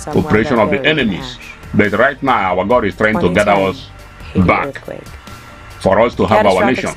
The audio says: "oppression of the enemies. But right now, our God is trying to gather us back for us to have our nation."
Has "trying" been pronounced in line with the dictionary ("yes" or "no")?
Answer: yes